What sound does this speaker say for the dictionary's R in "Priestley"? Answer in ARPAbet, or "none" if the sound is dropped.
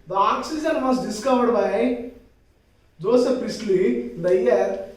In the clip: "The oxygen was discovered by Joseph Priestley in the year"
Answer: none